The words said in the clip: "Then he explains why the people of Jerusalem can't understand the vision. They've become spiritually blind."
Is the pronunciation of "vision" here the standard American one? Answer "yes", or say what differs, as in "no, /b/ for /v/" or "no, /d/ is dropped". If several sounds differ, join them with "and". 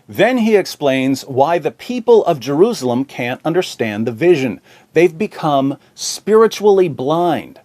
yes